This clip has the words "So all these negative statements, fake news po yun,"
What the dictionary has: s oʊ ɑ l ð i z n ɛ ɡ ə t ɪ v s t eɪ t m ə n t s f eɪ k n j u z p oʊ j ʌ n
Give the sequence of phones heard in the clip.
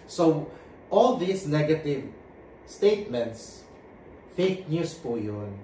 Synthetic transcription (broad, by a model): s oʊ ɑ l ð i s n ɛ ɡ ə t ɪ v s t eɪ t m ə n t s f eɪ k n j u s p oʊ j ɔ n